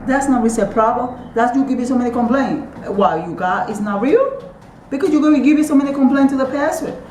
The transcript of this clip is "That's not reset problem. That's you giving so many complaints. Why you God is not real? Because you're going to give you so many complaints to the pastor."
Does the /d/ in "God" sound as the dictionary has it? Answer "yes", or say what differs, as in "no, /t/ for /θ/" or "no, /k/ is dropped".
no, /d/ is dropped